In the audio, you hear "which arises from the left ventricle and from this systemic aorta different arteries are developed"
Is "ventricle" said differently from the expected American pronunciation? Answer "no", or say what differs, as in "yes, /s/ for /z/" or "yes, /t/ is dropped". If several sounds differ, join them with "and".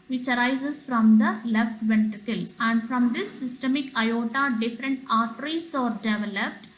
yes, /ɹ/ is dropped